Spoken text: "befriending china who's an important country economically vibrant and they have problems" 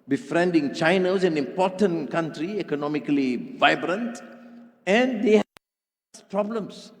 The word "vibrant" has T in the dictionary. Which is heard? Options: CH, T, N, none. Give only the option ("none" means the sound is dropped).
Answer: T